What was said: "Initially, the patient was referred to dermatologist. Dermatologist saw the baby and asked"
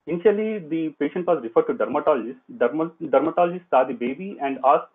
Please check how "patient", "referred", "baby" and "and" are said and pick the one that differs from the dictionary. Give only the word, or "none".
none